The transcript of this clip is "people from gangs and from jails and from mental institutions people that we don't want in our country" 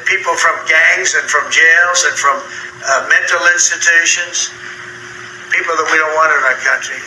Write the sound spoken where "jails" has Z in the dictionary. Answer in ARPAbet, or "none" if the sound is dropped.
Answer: Z